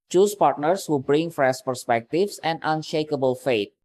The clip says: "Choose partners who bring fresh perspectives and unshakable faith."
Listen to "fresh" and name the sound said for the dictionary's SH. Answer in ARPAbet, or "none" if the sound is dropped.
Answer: S